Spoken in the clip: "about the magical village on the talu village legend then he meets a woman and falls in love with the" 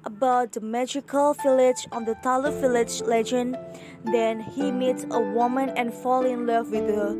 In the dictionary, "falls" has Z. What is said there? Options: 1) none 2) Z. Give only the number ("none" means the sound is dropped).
1